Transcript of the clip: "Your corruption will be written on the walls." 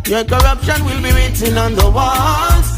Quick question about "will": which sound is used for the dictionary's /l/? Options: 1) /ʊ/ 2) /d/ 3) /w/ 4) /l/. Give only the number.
4